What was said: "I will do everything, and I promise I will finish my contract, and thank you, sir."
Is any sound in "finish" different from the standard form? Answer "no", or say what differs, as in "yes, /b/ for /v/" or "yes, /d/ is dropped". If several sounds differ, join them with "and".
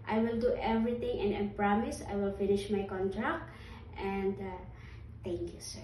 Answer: no